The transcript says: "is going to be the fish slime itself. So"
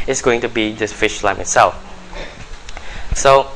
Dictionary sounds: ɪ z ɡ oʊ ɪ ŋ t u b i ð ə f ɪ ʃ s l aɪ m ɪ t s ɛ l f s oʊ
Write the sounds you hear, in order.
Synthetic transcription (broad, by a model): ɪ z ɡ oʊ ɪ ŋ t u b i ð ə f ɪ ʃ l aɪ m ɪ t s ɛ l f s oʊ